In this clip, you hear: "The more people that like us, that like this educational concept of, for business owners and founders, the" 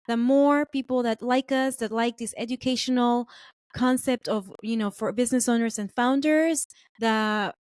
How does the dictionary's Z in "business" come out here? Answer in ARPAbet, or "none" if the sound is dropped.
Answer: Z